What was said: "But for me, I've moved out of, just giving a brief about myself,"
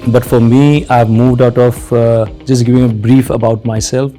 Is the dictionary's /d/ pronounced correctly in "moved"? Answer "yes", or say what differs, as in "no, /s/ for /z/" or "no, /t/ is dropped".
yes